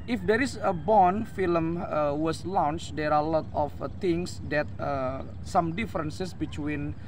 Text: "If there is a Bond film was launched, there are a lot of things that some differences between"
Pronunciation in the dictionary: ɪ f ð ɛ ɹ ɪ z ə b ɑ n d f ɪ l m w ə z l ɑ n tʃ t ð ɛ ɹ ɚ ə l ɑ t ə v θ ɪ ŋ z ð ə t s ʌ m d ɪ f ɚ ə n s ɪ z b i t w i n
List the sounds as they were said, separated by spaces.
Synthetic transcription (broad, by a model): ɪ f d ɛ ɹ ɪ s ə b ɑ n f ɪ l m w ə s l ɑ n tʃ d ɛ ɹ ə l ɑ t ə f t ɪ ŋ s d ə t s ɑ m d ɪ f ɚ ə n s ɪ s b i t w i n